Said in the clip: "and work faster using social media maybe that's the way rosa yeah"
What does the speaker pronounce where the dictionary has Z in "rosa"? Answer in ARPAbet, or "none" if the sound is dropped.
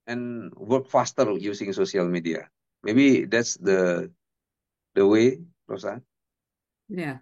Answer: S